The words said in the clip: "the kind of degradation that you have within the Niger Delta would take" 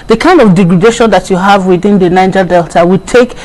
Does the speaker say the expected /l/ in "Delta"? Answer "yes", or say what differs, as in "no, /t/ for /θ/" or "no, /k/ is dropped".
yes